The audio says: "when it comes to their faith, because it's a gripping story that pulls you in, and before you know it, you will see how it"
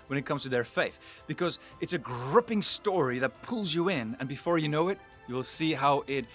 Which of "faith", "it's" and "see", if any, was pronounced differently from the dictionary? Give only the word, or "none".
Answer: none